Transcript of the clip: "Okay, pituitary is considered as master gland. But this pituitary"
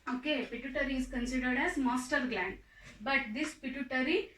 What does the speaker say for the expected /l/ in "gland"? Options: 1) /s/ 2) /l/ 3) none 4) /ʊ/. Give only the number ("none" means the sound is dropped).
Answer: 2